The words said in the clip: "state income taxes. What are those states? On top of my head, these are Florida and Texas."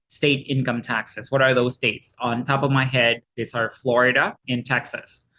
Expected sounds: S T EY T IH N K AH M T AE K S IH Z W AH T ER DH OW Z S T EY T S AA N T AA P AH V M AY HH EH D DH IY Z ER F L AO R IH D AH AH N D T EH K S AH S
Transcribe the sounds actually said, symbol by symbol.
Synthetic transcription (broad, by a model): S T EY T IH N K AH M T AE K S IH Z W AH T ER DH OW Z S T EY T S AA N T AA P AH V M AY HH EH D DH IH S ER F L AO R IH D AH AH N T EH K S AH S